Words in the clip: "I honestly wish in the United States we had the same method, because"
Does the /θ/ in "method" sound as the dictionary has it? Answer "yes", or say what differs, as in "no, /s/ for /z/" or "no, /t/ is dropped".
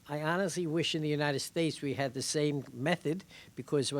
yes